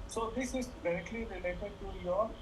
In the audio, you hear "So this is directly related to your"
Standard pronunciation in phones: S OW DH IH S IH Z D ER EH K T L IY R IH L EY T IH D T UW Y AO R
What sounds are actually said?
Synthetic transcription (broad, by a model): S OW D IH S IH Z D ER EH K T L IY R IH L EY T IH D T UW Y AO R